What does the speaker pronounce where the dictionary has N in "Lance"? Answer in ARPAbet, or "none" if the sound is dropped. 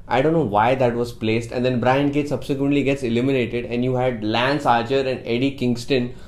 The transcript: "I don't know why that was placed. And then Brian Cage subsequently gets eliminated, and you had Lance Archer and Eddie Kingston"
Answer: N